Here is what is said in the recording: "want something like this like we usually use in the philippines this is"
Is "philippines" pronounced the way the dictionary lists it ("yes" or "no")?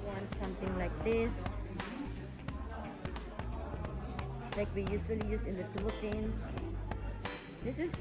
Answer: no